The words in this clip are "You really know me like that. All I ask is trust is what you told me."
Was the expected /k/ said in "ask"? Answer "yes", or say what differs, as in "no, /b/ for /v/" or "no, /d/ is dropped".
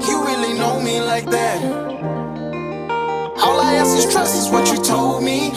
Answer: no, /k/ is dropped